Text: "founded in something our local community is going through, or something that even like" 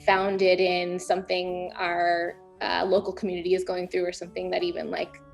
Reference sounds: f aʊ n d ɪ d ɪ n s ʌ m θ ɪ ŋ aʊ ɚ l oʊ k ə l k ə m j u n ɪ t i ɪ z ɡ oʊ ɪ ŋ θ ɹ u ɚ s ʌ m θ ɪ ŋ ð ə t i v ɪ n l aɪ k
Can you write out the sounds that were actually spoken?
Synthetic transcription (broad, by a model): f aʊ n d ɪ d ɪ n s ʌ m θ ɪ ŋ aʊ ɚ l oʊ k l k m j u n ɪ t i ɪ z ɡ oʊ ɪ ŋ θ ɹ u ɚ s ʌ m θ ɪ ŋ ð ə t i v ɪ n l aɪ k